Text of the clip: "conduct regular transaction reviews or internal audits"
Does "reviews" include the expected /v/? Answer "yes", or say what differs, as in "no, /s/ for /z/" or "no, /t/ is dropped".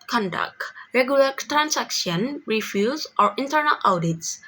no, /f/ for /v/